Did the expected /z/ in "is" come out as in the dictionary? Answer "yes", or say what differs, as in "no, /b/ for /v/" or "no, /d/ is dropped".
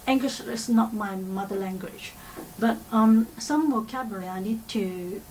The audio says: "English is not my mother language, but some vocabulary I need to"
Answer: no, /s/ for /z/